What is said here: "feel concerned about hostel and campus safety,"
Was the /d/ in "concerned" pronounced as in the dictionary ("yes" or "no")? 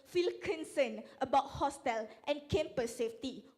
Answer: no